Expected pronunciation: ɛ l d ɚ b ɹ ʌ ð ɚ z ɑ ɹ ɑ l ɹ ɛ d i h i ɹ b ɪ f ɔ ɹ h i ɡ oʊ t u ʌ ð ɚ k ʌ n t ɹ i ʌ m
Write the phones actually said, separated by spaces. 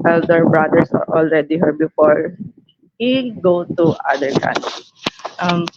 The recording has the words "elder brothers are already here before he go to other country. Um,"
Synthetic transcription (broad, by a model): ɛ l d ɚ b ɹ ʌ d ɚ s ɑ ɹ ɑ l ɹ ɛ d i h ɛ ɹ b ɪ f ɔ ɹ h i ɡ oʊ t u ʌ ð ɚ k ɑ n t i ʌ m